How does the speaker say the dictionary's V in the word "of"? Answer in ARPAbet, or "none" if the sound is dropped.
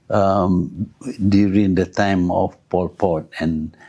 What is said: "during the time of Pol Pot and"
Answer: F